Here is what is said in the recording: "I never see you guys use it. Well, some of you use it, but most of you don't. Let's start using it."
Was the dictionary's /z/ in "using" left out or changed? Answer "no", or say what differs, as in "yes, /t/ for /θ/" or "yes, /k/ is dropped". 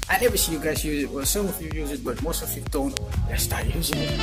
no